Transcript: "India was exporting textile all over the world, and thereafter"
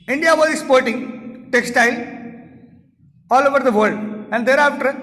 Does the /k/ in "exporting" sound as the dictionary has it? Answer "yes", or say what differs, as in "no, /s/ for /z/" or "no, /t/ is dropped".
no, /k/ is dropped